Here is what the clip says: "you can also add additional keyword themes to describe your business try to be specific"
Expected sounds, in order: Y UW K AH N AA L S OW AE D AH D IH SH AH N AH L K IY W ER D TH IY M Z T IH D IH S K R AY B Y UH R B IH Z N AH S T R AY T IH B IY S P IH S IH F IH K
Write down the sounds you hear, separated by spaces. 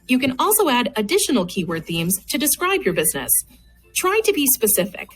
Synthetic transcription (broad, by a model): Y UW K AH N AA L S OW AE D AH D IH SH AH N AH L K IY W ER D TH IY M Z T IH D IH S K R AY B Y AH R B IH Z N AH S T R AY T IH B IY S P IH S IH F IH K